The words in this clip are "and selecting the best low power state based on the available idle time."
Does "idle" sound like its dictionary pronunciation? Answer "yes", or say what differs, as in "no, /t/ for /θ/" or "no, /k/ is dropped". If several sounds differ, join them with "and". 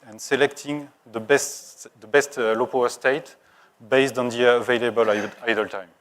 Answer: yes